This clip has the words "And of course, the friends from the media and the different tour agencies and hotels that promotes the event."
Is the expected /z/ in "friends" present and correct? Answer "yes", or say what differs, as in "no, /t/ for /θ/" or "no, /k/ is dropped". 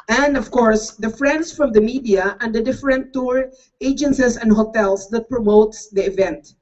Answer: no, /s/ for /z/